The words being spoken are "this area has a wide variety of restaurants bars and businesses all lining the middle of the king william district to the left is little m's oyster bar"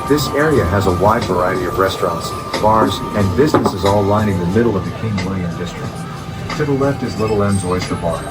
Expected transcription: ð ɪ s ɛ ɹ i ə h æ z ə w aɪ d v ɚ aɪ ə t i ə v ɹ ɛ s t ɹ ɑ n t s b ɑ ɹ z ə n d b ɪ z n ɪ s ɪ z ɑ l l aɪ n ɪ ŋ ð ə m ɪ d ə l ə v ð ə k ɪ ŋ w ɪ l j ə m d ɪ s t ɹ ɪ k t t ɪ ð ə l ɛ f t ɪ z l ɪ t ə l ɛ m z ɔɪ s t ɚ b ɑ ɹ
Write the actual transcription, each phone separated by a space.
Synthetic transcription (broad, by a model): ð ɪ s ɛ ɹ i ə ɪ z ə w aɪ d v ɚ aɪ ə t i ə v ɹ ɛ s t ɹ ɑ n t s b ɑ ɹ z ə n b ɪ z n ɪ s ɪ z ɑ l l aɪ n ɪ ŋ ð ə m ɪ d l ə v ð ə k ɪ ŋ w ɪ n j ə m d ɪ s t ɹ ɪ k t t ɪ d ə l ɛ f t ɪ z l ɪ t l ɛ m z ɔɪ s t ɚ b ɑ ɹ